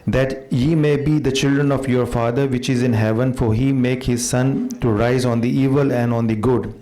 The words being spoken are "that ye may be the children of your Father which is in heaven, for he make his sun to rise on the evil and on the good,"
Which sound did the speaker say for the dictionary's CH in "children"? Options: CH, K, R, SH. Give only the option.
CH